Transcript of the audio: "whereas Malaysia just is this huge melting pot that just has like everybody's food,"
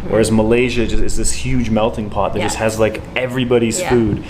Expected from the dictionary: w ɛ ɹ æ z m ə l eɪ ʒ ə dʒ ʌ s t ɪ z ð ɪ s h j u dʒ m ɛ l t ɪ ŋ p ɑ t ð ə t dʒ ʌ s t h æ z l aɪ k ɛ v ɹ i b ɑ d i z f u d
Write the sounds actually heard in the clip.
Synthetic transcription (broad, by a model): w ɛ ɹ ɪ z m ə l eɪ ʒ ə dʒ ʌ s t ɪ z ð ɪ s h j u dʒ m ɛ l t ɪ ŋ p ɑ t ð ə t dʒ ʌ s t h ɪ z l aɪ k ɛ v ɹ i b ɑ d i z f u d